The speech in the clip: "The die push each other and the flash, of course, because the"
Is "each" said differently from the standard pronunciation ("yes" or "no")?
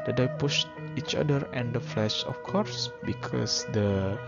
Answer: no